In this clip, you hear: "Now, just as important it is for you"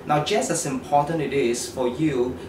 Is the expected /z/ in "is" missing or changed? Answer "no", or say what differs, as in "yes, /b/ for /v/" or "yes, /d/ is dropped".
yes, /s/ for /z/